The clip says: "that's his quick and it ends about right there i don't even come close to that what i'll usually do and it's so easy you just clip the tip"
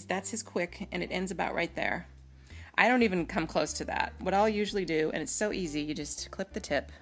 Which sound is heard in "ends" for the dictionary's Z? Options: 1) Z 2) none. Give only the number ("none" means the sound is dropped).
1